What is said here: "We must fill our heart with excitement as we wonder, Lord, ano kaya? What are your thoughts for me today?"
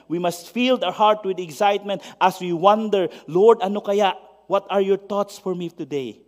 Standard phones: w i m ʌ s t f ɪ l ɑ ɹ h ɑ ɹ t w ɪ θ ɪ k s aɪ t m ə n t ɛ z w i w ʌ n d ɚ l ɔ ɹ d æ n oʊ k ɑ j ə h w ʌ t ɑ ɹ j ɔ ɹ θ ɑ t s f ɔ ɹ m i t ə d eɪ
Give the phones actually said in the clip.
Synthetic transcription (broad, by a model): w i m ʌ s t f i l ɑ w h ɑ ɹ t w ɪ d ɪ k s aɪ t m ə n t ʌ s w i w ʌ n d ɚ l ɔ ɹ d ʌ n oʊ k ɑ j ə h w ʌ t ɑ ɹ j ɔ ɹ t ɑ t s f ɔ ɹ m i t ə d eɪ